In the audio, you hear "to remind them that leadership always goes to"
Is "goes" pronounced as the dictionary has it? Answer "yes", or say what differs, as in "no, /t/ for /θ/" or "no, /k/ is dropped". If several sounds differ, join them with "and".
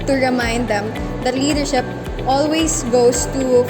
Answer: no, /s/ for /z/